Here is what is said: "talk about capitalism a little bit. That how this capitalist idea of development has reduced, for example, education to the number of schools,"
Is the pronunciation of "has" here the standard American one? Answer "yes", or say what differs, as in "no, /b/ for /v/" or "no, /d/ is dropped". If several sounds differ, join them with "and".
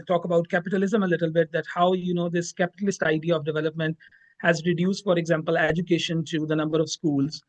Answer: yes